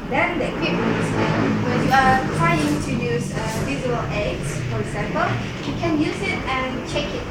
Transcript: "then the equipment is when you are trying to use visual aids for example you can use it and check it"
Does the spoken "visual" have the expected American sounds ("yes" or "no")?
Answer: no